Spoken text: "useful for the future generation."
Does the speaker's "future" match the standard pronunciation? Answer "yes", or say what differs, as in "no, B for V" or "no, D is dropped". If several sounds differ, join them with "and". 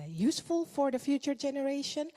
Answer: yes